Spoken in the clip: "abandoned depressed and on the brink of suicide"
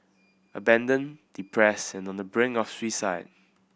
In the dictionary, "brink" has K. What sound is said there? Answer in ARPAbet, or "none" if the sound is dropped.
none